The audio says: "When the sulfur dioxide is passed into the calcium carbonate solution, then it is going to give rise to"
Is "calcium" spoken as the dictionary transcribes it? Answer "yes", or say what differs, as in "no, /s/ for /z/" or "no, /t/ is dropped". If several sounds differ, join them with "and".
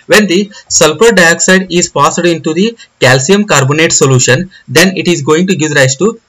yes